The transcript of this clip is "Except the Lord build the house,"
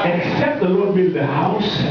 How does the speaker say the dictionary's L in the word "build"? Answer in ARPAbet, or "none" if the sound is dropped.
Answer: none